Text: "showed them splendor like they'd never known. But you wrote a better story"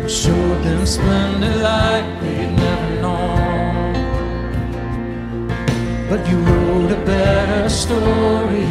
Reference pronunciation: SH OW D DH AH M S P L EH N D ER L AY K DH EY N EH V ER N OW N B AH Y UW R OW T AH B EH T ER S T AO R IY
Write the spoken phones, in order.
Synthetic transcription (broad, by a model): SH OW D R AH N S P EH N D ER L AY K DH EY N EH V ER N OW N B AH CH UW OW AH B EH T ER S T AO R IY